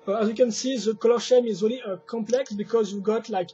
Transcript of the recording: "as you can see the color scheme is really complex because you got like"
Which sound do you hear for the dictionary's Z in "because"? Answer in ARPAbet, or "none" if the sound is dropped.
Z